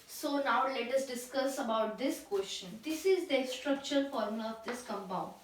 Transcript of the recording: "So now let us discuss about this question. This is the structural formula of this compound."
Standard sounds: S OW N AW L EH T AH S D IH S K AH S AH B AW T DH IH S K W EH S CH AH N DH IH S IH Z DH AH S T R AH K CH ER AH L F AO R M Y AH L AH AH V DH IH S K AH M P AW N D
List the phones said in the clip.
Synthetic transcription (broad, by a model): S OW N AW L EH T AH S D IH S K AH S AH B AW T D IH S K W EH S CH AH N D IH S IH Z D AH S T R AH K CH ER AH N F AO R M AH AH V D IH S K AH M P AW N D